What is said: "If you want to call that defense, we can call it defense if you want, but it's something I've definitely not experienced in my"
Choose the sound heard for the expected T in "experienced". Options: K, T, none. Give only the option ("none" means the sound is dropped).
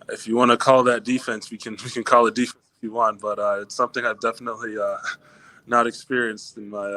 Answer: T